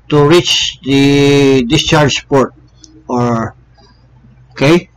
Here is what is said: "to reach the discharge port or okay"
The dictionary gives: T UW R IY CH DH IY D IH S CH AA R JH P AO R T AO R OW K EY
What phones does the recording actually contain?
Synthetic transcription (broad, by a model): T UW R IY CH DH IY D IH S CH AA R JH P AO R T AO R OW K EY